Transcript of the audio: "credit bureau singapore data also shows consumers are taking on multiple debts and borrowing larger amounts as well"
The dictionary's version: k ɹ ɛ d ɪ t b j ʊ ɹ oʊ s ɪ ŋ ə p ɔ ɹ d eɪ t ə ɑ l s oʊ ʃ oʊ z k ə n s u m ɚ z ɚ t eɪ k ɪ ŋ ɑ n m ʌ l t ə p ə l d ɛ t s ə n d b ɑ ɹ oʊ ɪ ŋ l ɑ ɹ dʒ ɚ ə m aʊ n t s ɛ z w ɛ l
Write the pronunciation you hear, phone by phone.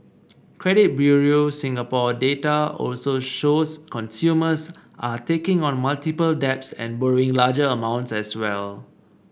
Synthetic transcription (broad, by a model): k ɹ ɛ d ɪ t b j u ɹ oʊ s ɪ ŋ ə p ɔ d eɪ t ə ɑ l s oʊ ʃ oʊ s k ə n s u m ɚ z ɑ t eɪ k ɪ ŋ ɑ n m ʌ l t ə p ə l d ɛ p s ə n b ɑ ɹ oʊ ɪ ŋ l ɑ dʒ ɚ ə m aʊ n t s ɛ s w ɛ l